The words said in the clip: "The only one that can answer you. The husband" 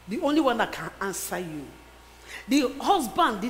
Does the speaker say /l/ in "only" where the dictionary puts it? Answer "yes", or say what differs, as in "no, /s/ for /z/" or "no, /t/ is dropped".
yes